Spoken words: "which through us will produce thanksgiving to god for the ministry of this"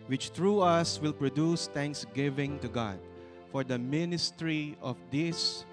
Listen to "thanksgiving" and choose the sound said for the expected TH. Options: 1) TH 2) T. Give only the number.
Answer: 2